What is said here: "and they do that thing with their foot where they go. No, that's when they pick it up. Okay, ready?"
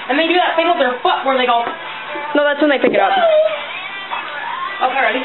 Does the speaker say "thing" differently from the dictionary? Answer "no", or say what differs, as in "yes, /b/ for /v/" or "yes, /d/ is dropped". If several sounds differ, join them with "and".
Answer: yes, /f/ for /θ/